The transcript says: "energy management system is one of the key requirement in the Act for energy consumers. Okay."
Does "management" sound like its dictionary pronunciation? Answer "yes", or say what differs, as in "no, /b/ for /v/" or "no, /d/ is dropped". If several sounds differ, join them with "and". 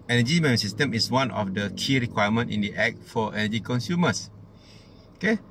no, /dʒ/ is dropped